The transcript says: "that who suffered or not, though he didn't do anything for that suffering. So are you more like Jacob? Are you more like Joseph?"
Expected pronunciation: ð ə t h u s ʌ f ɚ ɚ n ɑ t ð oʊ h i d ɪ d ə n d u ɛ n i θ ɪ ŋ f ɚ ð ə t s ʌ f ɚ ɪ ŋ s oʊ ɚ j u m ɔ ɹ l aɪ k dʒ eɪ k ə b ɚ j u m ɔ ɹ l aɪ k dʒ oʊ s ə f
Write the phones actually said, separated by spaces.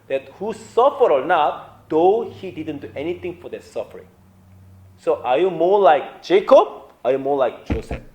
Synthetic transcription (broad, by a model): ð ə t h u s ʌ f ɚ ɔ n ɑ t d oʊ h i d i d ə n d u ɛ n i t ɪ ŋ f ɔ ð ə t s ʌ f ɚ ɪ ŋ s oʊ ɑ j u m ɔ l aɪ k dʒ eɪ k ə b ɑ j u m ɔ l aɪ k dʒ oʊ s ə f